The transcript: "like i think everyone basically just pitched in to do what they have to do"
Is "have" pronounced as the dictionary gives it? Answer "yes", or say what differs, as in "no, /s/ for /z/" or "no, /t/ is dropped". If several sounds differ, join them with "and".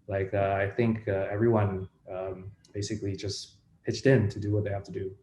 no, /f/ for /v/